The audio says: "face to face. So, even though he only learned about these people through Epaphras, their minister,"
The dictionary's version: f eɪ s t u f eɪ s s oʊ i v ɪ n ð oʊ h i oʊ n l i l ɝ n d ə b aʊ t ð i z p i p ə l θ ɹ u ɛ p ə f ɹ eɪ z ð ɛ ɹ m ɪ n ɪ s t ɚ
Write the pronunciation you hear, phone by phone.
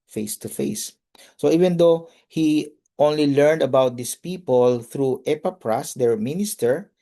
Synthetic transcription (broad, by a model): f eɪ s t u f eɪ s s oʊ i v ɪ n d oʊ h i oʊ n l i l ɝ n d ə b aʊ t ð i s p i p ə l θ ɹ u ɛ p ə p ɹ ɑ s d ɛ ɹ m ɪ n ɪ s t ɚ